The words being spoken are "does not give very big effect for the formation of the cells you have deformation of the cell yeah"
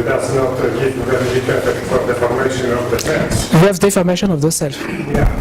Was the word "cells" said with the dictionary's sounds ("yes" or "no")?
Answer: no